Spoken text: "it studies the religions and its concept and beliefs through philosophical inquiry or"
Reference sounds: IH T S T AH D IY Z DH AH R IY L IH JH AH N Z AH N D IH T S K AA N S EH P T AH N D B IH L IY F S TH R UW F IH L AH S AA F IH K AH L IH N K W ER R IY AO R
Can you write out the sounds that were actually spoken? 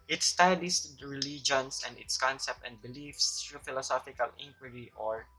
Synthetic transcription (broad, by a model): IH T S T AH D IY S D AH R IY L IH JH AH N S AH N D IH T S K AA N S EH P T AH N D B IH L IY F S T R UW F IH L AH S AA F IH K AH L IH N K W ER R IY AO R